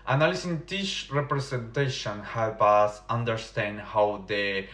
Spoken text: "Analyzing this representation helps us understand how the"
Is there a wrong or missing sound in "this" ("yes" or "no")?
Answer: yes